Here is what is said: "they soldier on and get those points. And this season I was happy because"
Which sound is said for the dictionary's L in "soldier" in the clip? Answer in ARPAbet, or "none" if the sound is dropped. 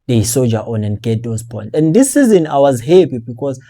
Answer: none